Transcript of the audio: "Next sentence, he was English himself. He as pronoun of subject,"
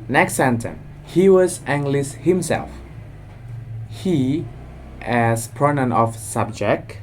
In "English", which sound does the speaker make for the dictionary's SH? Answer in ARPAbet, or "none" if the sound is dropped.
S